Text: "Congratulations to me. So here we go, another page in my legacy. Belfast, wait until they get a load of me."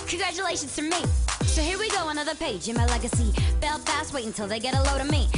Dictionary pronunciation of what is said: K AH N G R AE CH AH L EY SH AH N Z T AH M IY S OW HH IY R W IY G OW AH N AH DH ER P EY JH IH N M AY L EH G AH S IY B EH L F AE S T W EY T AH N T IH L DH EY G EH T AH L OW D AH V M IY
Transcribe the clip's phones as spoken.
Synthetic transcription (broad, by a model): K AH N G R AE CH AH L EY SH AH N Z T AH M IY S OW HH IY R W IY G OW AH N AH DH ER P EY JH IH N M AY L EH G AH S IY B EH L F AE S T W EY AH N T IH L DH EY G EH T AH L OW D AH M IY